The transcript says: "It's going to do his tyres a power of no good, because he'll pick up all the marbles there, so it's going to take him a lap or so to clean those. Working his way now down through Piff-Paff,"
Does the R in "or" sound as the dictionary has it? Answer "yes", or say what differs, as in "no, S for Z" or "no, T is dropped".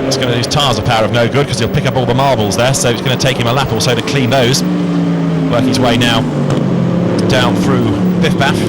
no, L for R